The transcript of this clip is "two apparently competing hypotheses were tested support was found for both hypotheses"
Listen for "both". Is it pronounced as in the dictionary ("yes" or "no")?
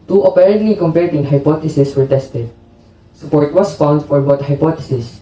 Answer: no